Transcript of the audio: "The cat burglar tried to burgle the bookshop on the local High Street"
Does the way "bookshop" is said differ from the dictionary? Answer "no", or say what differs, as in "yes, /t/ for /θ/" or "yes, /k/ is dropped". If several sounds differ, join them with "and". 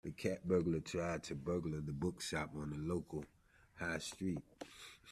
yes, /s/ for /ʃ/